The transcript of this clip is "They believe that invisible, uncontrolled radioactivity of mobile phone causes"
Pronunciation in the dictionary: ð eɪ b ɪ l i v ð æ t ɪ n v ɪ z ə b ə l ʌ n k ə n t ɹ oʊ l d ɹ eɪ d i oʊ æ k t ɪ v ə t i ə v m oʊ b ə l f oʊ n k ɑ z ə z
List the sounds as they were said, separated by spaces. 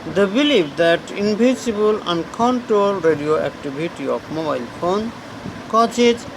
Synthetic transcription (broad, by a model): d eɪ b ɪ l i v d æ t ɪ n b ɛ s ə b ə l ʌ n k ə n t ɹ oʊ l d ɹ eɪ d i oʊ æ k t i b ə t i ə f m oʊ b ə l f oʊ n k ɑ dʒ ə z